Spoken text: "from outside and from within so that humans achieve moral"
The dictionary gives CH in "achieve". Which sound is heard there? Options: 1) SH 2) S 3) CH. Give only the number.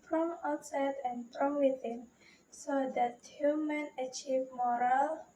3